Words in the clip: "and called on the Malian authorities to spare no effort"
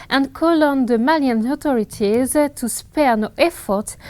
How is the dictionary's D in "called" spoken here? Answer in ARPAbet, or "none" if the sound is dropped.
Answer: none